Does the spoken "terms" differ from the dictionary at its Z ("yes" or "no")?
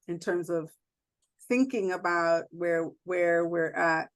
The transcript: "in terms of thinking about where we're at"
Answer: no